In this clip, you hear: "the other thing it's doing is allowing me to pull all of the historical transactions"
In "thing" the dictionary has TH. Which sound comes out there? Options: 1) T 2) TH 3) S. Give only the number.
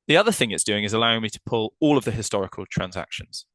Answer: 2